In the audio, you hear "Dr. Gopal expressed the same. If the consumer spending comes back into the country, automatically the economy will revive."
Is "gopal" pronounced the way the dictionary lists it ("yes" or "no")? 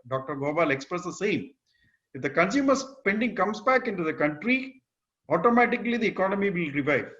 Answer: no